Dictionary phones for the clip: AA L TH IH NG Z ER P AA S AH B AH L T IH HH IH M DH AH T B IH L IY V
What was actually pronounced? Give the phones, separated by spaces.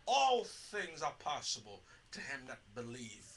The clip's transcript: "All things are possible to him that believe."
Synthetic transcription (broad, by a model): AA L TH IH NG Z ER P AA S AH B AH L T IH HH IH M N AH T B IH L IY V